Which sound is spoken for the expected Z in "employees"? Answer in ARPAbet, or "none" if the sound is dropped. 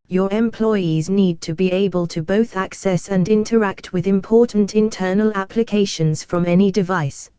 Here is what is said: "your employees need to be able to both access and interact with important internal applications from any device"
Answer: Z